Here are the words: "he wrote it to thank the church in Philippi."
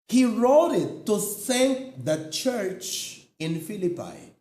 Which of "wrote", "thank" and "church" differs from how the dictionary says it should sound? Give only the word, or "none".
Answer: thank